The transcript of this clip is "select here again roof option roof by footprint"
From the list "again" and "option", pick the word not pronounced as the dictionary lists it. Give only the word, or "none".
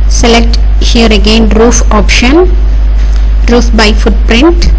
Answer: none